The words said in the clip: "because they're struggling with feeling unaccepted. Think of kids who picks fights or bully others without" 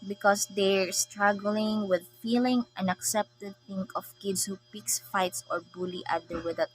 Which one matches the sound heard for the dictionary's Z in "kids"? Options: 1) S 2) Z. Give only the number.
1